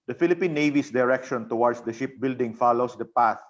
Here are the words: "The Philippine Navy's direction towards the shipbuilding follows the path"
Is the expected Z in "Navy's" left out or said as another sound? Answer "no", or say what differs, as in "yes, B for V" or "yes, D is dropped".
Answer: yes, S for Z